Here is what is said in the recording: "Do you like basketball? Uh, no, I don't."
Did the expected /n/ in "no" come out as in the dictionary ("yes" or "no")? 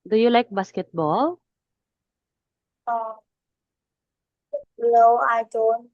no